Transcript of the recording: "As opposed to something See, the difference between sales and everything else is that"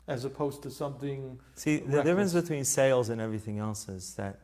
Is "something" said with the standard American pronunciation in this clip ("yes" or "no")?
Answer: yes